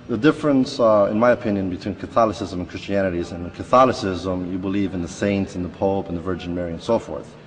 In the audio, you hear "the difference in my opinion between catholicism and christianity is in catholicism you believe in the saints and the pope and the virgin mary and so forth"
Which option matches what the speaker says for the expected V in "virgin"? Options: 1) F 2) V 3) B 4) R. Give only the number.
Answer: 2